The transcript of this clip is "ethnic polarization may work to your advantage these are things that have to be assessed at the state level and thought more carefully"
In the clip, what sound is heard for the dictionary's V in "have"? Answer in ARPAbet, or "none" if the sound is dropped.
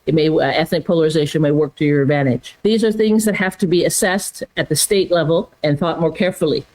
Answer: F